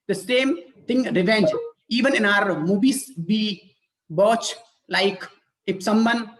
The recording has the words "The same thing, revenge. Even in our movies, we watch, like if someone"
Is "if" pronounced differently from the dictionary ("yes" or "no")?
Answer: yes